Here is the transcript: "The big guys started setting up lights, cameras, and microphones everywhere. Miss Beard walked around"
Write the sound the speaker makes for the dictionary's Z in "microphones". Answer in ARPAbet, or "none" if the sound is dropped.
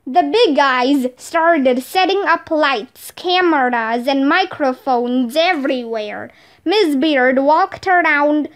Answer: Z